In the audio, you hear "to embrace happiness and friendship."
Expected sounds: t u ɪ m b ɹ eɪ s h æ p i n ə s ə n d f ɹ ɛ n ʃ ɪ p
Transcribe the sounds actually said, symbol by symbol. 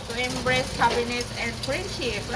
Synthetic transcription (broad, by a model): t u ɪ m b ɹ eɪ s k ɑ b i n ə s ə n d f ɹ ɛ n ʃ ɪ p